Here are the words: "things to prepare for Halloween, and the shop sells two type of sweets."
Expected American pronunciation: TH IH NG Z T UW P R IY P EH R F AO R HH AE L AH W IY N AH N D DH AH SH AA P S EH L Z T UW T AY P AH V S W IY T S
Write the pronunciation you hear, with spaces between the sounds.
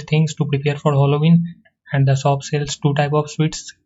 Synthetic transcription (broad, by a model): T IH NG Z T UW P R IY P EH R F AO R HH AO L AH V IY N AH N D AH S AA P S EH L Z T UW T AY P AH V S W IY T S